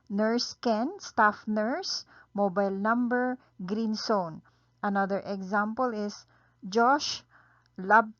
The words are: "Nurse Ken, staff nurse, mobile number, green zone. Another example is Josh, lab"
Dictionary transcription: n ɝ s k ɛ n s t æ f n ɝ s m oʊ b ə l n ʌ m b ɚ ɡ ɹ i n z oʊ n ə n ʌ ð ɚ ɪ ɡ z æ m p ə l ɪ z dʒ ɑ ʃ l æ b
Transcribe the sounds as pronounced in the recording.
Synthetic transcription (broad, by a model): n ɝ s k ɛ n s t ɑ f n ɝ s m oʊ b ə l n ʌ m b ɚ ɡ ɹ i n s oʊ n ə n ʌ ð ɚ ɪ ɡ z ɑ m p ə l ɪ s dʒ ɑ ʃ l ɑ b